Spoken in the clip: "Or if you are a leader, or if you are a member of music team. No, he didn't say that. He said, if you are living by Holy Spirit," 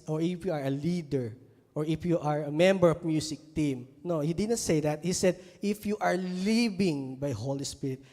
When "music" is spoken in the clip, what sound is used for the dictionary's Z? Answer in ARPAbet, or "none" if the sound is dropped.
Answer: S